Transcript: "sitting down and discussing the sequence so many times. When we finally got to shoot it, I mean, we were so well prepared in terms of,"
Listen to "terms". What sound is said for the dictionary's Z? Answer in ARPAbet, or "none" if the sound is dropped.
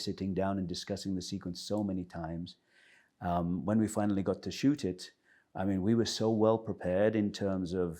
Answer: Z